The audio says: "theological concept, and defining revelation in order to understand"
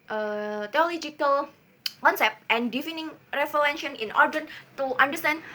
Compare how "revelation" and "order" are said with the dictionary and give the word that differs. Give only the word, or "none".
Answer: revelation